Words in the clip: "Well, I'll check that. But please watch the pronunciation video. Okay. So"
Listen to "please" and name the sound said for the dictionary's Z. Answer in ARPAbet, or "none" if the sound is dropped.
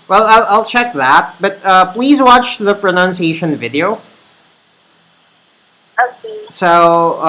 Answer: Z